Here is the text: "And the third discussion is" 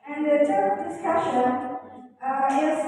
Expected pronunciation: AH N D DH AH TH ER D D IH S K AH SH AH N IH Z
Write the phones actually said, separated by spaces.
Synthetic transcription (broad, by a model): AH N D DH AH T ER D D IH S K AH SH AH N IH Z